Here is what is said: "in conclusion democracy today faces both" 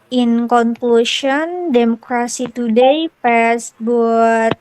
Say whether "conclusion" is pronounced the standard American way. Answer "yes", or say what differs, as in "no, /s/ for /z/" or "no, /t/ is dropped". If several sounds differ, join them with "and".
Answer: no, /ʃ/ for /ʒ/